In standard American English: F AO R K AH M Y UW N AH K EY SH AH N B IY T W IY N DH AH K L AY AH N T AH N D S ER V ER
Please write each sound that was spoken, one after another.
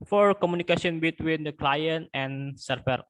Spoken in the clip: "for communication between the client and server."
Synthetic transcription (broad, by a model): F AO R K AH M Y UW N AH K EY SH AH N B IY T W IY N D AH K L AY AH N T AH N S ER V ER